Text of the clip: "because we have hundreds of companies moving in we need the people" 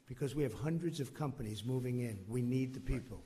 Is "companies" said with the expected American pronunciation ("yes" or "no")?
yes